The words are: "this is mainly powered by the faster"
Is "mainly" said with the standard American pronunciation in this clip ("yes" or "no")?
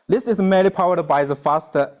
no